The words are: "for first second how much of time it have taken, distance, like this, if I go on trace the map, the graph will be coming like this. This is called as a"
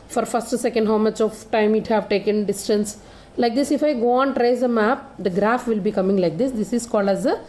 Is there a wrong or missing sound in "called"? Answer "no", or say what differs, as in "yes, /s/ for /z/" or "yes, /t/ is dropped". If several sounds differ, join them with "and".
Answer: no